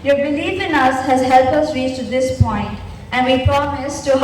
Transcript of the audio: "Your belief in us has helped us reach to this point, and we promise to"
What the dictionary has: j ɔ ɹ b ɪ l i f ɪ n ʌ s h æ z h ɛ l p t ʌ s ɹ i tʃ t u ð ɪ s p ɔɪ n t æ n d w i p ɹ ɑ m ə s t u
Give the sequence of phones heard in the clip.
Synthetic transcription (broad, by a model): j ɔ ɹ b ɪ l i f ɪ n ʌ s h æ z h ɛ l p ʌ s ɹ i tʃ t u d ɪ s p ɔɪ n t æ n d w i p ɹ ɑ m ə s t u